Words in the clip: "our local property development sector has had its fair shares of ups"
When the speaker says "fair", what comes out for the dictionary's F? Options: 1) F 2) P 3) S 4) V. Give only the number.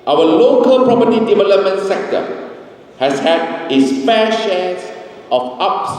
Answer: 2